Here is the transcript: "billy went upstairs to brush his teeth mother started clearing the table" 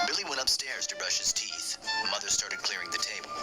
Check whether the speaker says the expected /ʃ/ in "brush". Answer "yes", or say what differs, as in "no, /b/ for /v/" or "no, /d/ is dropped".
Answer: yes